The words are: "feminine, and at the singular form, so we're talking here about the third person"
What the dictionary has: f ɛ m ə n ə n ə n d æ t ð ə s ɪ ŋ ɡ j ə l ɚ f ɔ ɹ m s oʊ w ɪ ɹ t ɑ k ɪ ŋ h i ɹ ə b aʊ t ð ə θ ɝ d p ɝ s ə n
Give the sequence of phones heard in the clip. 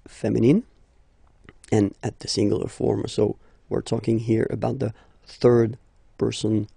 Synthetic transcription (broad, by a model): f ɛ m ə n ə n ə n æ t ð ə s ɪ ŋ ɡ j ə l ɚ f ɔ ɹ m s oʊ w ɪ ɹ t ɑ k ɪ ŋ h i ɹ ə b aʊ t ð ə θ ɝ d p ɝ s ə n